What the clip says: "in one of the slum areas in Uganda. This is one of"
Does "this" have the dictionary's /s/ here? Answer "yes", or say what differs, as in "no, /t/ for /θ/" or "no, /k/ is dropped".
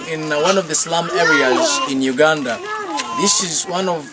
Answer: yes